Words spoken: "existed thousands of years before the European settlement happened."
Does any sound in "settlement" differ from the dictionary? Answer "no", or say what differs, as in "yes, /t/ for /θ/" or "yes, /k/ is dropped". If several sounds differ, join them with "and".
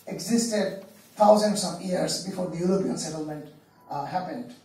no